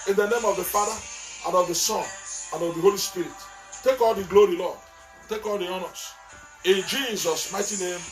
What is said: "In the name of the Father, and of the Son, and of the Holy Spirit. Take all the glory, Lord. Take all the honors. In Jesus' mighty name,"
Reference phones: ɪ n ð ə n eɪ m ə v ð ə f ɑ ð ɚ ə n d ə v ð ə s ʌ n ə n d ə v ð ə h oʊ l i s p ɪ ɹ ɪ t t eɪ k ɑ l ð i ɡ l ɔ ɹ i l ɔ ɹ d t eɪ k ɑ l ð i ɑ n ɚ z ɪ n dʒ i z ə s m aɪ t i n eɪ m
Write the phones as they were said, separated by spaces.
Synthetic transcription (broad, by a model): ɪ n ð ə n eɪ m ə v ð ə f ɑ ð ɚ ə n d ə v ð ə s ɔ n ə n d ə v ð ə h oʊ l i s p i ɹ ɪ t t eɪ k ɑ l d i ɡ l ɔ ɹ i l ɔ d t eɪ k ɑ l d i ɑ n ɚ s ɪ n dʒ i z ə s m aɪ t i n eɪ m